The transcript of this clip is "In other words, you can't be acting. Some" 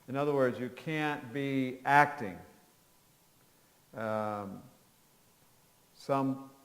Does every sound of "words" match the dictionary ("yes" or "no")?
yes